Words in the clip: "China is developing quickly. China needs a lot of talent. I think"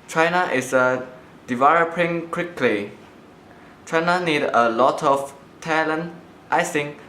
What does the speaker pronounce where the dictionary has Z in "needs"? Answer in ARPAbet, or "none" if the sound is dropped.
none